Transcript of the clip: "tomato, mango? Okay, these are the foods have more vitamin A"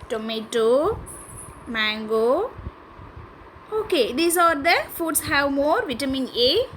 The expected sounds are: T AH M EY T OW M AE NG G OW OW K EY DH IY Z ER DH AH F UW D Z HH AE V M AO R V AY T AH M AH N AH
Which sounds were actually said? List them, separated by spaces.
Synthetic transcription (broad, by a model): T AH M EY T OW M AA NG G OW OW K EY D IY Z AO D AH F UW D S HH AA W M AO R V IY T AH M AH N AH